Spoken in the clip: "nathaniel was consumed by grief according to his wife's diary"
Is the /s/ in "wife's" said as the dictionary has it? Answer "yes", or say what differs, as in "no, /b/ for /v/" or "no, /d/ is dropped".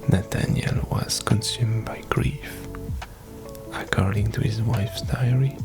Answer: yes